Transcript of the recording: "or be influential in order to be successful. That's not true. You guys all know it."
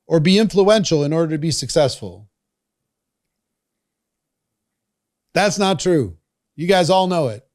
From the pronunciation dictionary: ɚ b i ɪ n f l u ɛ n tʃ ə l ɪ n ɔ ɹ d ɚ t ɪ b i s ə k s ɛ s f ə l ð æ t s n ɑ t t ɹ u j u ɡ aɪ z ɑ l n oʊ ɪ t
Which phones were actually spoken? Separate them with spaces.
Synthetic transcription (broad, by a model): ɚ b i ɪ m f l u ɛ n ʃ l ɪ n ɔ ɹ d ɚ t ɪ b i s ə k s ɛ s f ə l ð æ t s n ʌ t t ɹ u j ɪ ɡ aɪ z ɑ l n oʊ ɪ t